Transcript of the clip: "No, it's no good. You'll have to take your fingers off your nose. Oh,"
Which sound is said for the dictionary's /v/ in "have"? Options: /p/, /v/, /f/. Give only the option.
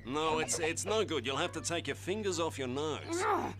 /f/